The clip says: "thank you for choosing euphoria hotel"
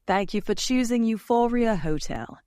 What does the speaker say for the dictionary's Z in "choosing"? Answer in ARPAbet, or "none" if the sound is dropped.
Z